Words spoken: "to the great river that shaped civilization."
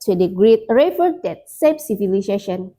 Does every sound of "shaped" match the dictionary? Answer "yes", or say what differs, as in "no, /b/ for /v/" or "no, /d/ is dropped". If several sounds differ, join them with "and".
no, /s/ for /ʃ/